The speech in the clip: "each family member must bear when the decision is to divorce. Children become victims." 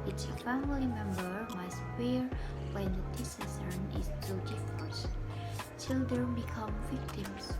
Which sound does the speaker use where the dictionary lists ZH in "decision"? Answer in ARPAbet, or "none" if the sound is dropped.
S